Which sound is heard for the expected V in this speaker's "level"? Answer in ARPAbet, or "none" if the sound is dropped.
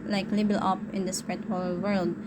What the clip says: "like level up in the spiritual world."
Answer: B